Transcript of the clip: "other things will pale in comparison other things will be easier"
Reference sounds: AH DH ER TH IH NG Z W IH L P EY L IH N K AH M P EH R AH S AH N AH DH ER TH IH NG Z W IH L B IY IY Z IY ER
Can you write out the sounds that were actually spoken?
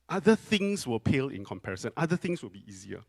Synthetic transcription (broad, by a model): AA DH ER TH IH NG S W IH L P EY L IH N K AH M P EH R AH S AH N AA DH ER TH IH NG S W IH L B IY IY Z IY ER